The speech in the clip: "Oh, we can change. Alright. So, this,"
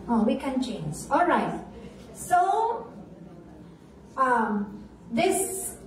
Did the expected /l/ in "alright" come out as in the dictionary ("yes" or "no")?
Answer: yes